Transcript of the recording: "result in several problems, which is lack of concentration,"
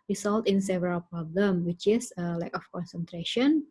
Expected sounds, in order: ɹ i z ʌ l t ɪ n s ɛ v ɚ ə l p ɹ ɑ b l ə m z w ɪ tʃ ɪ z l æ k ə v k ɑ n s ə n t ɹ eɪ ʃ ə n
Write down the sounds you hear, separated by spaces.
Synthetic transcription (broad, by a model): ɹ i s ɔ l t ɪ n s ɛ v ɚ ə l p ɹ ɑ b l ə m w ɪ tʃ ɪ s l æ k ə f k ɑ n s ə n t ɹ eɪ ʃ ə n